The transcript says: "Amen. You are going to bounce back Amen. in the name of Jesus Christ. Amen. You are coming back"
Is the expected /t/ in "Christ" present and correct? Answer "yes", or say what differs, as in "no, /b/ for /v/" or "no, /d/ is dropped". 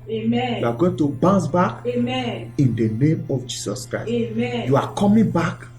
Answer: no, /t/ is dropped